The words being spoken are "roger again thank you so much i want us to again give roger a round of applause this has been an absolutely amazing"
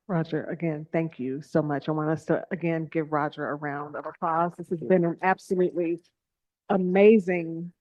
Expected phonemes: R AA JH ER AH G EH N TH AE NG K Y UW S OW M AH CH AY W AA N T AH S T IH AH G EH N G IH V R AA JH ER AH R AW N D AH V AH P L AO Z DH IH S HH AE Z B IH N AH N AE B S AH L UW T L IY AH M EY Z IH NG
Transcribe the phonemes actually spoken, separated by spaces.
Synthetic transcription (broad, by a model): R AA JH ER AH G EH N TH AE NG K Y UW S OW M AH CH AY W AA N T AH S T IH AH G EH N G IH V R AA JH ER AH R AW N D AH V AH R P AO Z DH IH S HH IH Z B IH N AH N AE B S AH L UW T L IY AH M EY Z IH NG